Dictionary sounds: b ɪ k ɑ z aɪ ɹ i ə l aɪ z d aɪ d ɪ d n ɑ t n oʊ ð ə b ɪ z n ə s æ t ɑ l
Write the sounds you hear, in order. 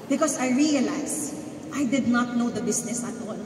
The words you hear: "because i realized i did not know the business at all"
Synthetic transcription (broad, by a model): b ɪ k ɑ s aɪ ɹ i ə l aɪ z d aɪ d ɪ d n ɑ t n oʊ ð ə b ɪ s n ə s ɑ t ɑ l